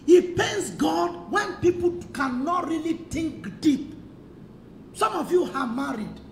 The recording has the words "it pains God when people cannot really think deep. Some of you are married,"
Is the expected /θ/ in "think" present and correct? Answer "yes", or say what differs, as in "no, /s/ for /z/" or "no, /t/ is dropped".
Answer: no, /t/ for /θ/